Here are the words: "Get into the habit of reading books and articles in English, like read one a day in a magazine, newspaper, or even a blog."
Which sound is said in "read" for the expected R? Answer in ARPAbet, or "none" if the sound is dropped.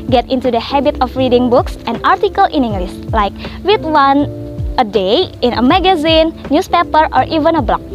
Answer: W